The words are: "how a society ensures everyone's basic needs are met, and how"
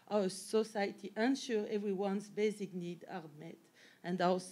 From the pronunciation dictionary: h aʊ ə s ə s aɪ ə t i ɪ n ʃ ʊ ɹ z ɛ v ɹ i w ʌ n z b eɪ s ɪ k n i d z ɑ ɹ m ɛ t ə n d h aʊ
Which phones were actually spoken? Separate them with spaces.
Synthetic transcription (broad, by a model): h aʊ ə s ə s aɪ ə t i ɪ n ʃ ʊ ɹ ɛ v ɹ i w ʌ n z b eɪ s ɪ k n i d ɑ ɹ m ɛ t ə n d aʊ